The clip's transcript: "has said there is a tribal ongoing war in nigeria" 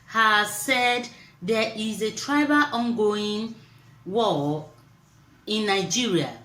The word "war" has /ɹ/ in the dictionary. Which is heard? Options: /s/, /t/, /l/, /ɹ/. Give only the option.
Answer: /l/